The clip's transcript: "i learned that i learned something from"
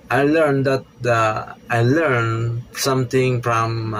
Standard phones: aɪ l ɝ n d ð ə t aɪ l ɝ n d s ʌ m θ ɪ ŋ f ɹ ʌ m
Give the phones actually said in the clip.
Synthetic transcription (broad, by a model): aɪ l ɝ n d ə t aɪ l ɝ n s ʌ m t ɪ ŋ f ɹ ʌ m